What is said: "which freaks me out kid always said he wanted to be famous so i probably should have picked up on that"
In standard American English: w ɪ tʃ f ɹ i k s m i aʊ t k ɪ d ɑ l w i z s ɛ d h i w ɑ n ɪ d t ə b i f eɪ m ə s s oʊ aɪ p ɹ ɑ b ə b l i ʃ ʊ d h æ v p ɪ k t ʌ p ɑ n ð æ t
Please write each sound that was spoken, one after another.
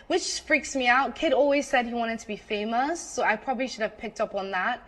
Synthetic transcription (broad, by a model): w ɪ tʃ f ɹ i k s m i aʊ t k ɪ d ɑ l w i z s ɛ d h i w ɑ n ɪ d t ə b i f eɪ m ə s s oʊ aɪ p ɹ ɑ b ə b l i ʃ ʊ d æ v p ɪ k t ʌ p n ð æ t